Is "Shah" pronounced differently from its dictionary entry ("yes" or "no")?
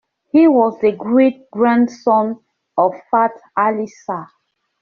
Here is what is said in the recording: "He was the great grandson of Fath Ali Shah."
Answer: yes